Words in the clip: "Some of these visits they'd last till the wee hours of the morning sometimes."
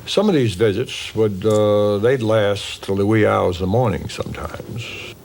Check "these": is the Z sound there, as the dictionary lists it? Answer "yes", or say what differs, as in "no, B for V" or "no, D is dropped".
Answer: yes